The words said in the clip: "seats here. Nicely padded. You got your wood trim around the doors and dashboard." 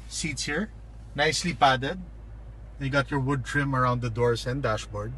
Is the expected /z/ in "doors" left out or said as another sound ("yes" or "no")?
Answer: yes